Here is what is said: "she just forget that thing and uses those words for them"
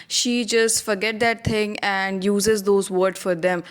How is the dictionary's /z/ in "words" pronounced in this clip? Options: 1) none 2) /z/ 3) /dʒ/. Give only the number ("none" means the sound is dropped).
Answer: 1